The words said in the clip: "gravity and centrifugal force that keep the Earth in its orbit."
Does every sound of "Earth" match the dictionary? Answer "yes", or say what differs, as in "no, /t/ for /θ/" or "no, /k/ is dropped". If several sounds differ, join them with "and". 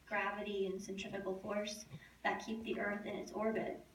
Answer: yes